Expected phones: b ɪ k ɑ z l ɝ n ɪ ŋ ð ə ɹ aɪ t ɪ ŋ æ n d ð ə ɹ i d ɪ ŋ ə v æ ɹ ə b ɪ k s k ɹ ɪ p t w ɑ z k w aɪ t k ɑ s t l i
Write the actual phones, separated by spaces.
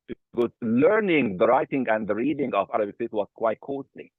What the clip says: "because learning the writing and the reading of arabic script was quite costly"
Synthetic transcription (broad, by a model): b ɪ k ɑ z l ɝ n ɪ ŋ ð ə ɹ aɪ t ɪ ŋ æ n d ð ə ɹ i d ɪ ŋ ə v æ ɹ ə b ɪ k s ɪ t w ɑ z k w aɪ t k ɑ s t l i